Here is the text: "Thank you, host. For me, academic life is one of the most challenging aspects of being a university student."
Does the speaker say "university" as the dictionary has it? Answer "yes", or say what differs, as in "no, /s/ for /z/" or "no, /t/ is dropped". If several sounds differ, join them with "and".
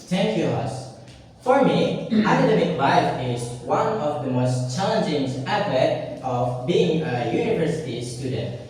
yes